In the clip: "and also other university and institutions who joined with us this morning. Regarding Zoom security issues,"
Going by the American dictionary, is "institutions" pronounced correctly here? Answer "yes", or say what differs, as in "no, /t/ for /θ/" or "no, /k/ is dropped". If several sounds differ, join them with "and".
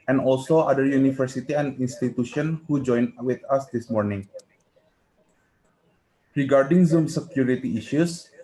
no, /z/ is dropped